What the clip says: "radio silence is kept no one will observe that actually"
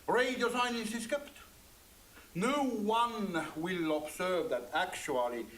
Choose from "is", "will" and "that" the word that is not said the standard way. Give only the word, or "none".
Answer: is